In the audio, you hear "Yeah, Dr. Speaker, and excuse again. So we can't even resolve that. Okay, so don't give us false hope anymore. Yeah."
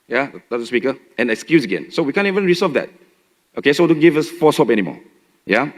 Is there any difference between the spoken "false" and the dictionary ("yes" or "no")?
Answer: yes